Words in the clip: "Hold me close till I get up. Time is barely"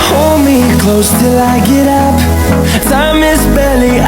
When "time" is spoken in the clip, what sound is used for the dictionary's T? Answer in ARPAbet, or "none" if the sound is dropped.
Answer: S